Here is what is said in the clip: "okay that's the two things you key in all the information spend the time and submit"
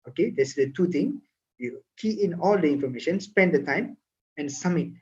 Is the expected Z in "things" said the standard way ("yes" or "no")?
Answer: no